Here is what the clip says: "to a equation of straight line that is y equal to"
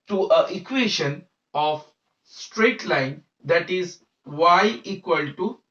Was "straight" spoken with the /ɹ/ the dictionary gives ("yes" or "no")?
yes